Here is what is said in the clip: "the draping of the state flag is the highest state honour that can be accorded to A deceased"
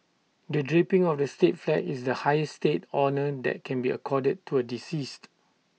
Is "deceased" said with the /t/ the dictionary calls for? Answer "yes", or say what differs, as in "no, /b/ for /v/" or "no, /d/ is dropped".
yes